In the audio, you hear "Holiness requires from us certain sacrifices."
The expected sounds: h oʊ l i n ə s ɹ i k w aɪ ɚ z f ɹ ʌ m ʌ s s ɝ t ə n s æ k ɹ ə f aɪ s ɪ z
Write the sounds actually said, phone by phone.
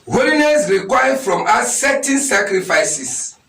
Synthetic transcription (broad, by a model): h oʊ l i n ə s ɹ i k w aɪ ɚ f ɹ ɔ m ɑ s s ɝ t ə n s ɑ k ɹ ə f aɪ s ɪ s